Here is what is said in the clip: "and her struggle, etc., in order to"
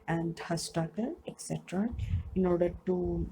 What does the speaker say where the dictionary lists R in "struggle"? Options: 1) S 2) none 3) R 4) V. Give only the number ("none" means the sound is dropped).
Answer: 2